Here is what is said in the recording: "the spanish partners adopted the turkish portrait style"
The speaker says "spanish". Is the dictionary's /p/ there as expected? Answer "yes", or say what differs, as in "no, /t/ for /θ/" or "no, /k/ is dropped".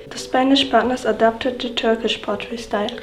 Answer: yes